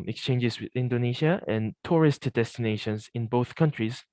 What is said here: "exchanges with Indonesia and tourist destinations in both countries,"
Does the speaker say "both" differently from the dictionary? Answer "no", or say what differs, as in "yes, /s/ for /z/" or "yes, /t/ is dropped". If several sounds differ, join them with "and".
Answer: no